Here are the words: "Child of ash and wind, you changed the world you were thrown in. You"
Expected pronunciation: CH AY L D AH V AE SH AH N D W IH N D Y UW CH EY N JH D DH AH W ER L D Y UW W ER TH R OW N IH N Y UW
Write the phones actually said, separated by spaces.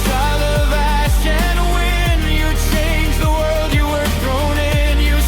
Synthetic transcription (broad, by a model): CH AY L AH V AE SH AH N W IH N Y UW CH EY N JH DH AH W ER L D Y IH W ER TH R OW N IH N Y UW